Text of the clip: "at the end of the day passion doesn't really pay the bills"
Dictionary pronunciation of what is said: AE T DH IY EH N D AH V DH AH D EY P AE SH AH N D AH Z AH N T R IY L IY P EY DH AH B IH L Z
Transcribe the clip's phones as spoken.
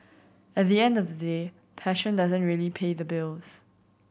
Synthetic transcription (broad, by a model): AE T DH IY EH N D AH V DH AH D EY P AE SH AH N D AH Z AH N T R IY L IY P EY DH AH B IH L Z